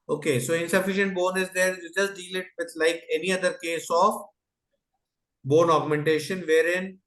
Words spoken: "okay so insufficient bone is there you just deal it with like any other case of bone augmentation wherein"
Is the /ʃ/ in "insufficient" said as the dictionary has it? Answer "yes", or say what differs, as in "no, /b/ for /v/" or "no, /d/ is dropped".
yes